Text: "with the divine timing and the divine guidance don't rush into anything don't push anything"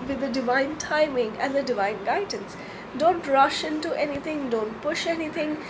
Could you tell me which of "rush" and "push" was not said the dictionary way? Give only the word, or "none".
none